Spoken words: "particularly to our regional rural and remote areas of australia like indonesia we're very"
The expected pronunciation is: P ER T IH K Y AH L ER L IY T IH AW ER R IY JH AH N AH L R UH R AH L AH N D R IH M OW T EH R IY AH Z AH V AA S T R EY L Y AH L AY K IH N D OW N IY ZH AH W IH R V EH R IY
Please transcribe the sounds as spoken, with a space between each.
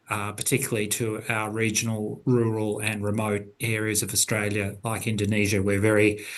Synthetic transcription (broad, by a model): P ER T IH K Y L L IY T IH AW ER R IY JH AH N L R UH R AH L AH N R IH M OW T EH R IY AH Z AH V AA S T R EY L Y AH L AY K IH N D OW N IY ZH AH W IH R V EH R IY